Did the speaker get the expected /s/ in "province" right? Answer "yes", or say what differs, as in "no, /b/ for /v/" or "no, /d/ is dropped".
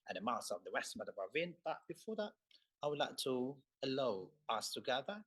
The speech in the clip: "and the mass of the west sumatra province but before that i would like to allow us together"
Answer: no, /s/ is dropped